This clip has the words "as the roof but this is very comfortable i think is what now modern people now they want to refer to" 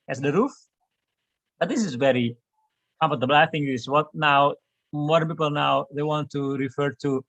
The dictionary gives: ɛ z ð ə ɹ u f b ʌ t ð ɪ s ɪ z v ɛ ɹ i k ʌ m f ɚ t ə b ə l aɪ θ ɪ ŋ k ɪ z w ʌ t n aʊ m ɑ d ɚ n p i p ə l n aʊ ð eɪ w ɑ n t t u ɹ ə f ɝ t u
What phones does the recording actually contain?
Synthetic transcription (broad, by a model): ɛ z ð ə ɹ u f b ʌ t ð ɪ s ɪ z v ɛ ɹ i k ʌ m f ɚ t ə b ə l aɪ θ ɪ ŋ ɪ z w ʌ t n aʊ m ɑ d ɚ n p i p ə l n aʊ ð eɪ w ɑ n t t u ɹ ə f ɝ t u